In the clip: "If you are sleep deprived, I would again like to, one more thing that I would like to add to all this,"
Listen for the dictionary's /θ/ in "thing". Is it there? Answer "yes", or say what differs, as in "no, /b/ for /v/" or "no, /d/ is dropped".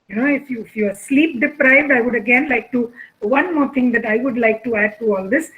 no, /t/ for /θ/